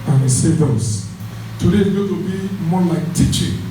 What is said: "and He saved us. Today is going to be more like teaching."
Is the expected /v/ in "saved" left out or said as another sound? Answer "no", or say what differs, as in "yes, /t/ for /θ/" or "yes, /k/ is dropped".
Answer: yes, /v/ is dropped